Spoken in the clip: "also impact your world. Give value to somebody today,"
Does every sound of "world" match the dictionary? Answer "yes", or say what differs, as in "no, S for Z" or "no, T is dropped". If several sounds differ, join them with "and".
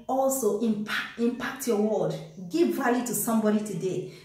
no, L is dropped